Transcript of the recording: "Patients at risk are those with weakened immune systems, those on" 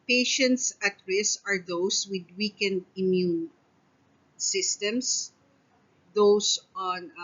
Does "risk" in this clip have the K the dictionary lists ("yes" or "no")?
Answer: no